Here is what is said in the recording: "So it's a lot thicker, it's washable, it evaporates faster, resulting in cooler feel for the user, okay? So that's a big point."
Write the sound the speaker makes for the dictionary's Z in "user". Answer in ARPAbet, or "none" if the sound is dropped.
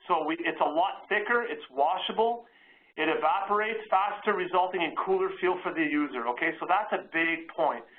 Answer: Z